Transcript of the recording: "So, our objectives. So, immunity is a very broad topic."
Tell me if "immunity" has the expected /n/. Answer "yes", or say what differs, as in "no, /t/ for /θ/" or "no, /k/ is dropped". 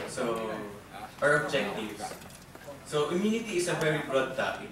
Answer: yes